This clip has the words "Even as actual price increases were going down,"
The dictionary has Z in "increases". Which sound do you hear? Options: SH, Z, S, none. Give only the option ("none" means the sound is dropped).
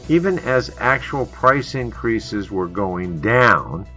Z